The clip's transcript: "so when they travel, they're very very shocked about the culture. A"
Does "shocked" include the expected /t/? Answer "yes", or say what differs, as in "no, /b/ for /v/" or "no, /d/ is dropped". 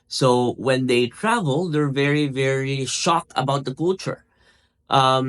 no, /t/ is dropped